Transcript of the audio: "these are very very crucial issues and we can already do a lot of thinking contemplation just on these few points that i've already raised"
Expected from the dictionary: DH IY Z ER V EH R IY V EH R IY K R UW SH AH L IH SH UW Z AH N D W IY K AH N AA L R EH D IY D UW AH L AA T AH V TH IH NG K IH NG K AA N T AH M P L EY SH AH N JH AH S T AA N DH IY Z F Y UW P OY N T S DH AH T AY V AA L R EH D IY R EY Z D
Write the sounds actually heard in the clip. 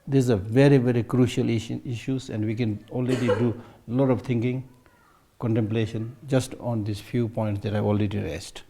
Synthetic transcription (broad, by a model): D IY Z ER V EH R IY V EH R IY K R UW SH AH L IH SH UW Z AH N D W IY K AH N AA L R EH D IY D UW L AA T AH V T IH NG K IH NG K AA N T AH M P L EY SH AH N JH AH S T AA N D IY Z F Y UW P OY N T S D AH T AY AA L R EH D IY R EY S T